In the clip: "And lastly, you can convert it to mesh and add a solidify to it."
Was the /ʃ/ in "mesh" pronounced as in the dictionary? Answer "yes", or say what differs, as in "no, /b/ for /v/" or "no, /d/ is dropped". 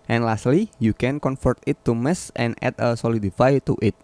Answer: no, /s/ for /ʃ/